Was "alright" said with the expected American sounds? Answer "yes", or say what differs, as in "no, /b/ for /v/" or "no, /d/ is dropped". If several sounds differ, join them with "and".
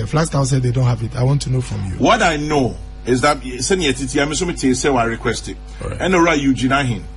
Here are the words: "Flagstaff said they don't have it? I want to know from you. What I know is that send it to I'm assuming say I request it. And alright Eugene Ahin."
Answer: no, /l/ is dropped